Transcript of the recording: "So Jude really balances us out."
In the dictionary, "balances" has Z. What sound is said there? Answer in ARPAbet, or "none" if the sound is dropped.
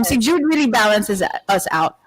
Z